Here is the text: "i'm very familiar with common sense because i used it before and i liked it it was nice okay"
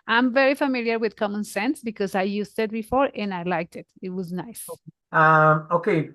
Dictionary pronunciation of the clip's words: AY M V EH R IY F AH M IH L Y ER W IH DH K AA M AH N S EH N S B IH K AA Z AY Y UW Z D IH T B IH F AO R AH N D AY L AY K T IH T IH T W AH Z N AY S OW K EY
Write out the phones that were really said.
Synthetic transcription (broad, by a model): AY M V EH R IY F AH M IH L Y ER W IH DH K AA M AH N S EH N S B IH K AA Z AY Y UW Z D IH T B IH F AO R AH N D AY L AY K T IH T IH T W AH Z N AY S OW K EY